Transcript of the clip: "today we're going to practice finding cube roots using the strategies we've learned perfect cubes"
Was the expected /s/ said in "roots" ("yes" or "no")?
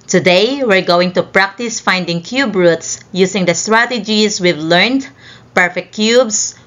yes